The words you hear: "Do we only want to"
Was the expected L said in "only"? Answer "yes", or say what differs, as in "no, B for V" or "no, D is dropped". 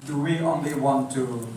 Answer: yes